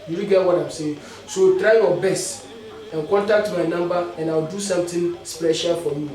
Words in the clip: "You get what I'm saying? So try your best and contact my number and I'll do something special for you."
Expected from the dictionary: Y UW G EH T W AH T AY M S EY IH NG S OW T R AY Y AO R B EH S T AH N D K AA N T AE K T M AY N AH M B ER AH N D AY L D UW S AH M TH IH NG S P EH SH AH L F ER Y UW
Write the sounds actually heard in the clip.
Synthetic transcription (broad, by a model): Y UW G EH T W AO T AY M S EY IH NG S OW T R AY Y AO B EH S T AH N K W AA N T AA T M AY N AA M B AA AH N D AY W D UW S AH M T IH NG S P EH SH AH L F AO Y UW